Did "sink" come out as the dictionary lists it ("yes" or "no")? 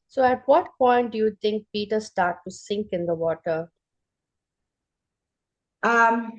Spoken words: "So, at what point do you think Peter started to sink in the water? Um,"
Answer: yes